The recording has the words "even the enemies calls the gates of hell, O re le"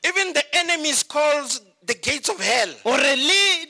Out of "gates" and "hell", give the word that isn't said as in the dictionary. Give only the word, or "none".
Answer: none